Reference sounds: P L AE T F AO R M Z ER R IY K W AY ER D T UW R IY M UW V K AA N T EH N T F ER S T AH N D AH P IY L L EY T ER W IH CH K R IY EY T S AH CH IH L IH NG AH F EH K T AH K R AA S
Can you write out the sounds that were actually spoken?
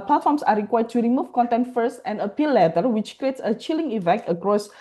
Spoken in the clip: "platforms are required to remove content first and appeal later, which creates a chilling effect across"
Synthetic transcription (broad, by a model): P L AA T F AO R M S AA R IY K W AY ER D T UW R IY M UW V K AA N T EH N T F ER S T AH N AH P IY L L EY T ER W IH CH K R IY EY T S AH CH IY L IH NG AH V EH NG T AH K R AA S